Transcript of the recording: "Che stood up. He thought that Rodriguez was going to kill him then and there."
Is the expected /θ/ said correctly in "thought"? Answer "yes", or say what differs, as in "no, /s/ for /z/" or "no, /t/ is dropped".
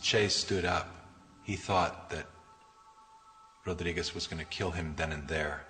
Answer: yes